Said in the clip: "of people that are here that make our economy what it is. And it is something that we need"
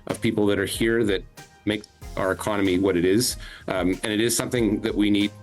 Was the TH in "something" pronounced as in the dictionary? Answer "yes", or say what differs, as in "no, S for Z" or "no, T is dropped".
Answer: yes